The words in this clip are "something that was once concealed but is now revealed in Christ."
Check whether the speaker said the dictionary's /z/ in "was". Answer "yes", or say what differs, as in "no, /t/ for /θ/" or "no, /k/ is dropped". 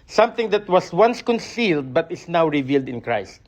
no, /s/ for /z/